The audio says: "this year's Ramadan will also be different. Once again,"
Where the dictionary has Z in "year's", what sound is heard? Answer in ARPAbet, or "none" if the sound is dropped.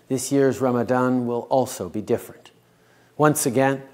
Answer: Z